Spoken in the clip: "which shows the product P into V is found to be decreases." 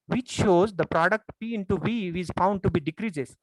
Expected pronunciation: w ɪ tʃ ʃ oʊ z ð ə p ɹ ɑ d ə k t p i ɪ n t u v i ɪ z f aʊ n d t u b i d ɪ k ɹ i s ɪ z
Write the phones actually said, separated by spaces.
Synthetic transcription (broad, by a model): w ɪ tʃ ʃ oʊ z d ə p ɹ ɑ d ə k t p i ɪ n t u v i ɪ z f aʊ n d t u b i d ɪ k ɹ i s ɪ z